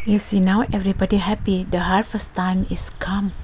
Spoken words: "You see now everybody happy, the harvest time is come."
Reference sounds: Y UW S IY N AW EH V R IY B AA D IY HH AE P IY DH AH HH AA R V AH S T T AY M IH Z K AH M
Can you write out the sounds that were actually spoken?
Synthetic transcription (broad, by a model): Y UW S IY N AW EH V R IY B AA D IY HH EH P IY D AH HH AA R F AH S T T AY M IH S K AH M